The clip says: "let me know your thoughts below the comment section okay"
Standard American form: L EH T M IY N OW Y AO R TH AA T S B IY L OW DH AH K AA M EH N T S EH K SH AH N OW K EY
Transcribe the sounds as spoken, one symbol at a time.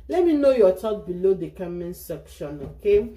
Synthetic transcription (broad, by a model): L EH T M IY N OW Y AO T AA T B IY L OW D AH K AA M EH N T S EH K SH AH N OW K EY